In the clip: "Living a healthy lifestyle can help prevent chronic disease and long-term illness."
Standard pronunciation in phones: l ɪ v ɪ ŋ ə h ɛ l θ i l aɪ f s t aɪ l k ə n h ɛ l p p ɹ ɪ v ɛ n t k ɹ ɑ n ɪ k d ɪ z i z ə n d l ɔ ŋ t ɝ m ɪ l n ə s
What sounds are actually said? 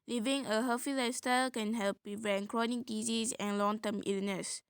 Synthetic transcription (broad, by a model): l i v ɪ ŋ ə h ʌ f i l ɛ s t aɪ k ə n h ɛ l p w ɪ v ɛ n k ɹ ɑ n ɪ k d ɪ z i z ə n l ɔ ŋ t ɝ m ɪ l n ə s